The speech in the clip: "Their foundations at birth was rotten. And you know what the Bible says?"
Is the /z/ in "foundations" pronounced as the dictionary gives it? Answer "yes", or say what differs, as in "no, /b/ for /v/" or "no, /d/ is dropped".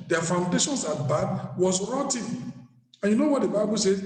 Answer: no, /s/ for /z/